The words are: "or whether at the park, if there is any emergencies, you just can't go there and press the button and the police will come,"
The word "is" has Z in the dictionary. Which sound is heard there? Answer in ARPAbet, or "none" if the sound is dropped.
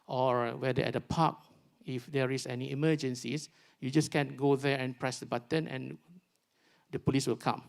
S